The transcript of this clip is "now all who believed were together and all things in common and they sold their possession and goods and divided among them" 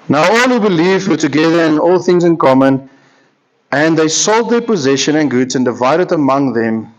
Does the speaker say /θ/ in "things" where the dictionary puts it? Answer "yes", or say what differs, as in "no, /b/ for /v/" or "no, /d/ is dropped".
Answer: yes